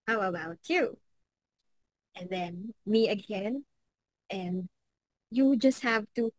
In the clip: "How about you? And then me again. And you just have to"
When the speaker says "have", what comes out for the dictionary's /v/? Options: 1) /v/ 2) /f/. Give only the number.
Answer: 1